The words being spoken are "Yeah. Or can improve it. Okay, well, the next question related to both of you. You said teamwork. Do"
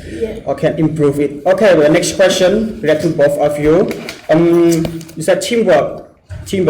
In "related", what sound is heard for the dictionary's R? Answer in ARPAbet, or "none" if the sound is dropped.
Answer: W